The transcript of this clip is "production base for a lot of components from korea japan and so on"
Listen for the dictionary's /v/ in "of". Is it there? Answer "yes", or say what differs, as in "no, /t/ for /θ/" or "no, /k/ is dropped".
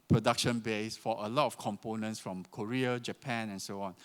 no, /f/ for /v/